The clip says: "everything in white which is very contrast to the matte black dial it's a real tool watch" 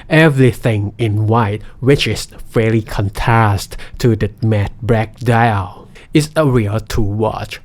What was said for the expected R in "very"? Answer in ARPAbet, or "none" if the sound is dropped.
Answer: L